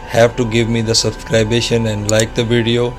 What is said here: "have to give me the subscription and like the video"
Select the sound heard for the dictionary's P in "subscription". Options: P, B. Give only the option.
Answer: B